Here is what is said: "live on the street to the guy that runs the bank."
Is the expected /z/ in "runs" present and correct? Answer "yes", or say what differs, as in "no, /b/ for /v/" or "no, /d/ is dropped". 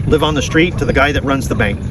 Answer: yes